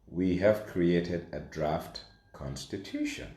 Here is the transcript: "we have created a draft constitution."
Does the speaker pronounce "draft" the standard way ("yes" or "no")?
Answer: yes